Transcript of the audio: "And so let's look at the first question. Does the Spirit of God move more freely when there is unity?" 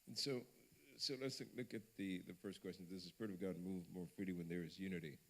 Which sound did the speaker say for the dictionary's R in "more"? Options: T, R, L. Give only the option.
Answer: R